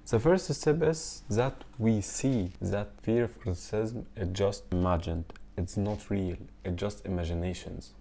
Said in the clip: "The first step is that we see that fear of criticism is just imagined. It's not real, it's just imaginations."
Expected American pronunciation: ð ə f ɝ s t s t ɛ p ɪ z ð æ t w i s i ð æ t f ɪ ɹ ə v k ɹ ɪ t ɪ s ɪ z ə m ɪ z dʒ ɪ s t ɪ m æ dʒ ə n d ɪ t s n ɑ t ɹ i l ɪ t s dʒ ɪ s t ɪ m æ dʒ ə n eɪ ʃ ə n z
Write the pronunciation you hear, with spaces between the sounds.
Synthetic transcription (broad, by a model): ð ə f ɝ s t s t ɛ b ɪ s ð æ t w i s i ð æ t f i ɹ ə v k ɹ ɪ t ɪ s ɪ z m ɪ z dʒ ɪ s t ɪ m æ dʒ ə n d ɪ t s n ɑ t ɹ i l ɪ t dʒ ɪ s t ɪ m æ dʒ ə n eɪ ʃ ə n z